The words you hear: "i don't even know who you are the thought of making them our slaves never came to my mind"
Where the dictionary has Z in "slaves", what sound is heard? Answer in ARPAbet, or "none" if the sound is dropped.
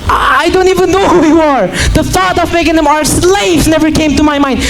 none